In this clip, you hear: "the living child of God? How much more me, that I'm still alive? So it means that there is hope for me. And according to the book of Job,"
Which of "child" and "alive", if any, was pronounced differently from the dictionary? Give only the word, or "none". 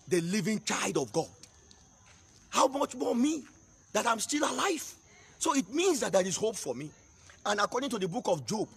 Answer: none